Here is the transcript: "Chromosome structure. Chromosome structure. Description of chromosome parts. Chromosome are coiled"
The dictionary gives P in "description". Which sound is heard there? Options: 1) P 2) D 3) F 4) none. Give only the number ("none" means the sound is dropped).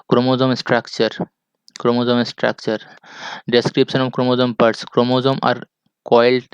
1